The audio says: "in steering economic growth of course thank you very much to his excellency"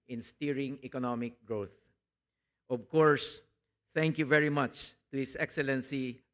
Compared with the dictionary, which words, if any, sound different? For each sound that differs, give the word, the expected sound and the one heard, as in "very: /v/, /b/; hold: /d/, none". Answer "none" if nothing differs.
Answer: his: /z/, /s/